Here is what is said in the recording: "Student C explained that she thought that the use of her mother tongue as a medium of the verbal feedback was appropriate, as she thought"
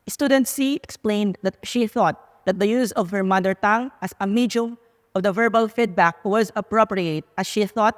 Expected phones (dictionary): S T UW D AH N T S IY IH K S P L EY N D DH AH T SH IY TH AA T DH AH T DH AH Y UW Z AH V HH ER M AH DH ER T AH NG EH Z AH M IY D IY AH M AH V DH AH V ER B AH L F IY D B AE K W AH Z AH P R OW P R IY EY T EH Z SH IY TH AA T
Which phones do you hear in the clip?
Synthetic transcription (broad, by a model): S T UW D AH N T S IY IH K S P L EY N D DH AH T SH IY TH AA T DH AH T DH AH Y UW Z AH V HH ER M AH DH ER T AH NG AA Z AH M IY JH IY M AH V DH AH V ER B AH L F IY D B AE K W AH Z AH P R OW P R IY EY T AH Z SH IY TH AA T